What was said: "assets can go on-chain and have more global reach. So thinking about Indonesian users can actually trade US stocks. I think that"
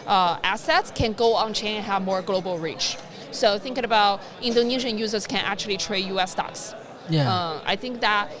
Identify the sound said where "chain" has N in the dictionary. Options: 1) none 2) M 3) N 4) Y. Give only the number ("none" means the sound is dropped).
1